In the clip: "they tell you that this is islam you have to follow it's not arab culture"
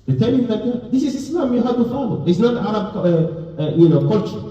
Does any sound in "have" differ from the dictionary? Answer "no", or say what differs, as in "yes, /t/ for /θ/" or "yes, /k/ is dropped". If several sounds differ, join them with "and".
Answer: yes, /w/ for /v/